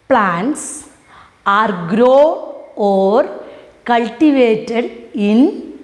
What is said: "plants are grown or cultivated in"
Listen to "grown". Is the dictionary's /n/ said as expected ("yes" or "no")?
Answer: no